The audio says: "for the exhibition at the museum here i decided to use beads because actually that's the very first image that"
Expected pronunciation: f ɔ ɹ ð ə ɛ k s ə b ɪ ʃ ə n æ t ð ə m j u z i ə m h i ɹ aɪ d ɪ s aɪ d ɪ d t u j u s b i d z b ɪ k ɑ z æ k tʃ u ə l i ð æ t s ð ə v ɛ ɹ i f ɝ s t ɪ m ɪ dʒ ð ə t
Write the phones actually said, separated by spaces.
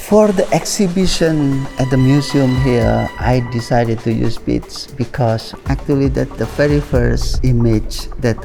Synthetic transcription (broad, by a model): f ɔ ɹ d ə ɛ k s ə b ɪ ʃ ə n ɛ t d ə m j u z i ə m h i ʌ aɪ d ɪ s aɪ d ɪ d t u j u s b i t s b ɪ k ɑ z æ k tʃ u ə l i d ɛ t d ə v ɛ ɹ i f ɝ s ɪ m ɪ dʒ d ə t